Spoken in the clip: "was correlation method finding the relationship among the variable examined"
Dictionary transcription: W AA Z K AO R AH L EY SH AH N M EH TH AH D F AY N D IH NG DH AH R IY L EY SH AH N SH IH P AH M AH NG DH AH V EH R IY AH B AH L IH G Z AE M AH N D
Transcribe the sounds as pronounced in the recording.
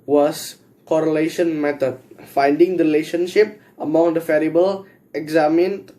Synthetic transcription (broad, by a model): W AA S K AO R AH L EY SH AH N M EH T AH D F AY N D IH NG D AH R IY L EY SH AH N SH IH P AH M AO NG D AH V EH R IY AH B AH L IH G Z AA M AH N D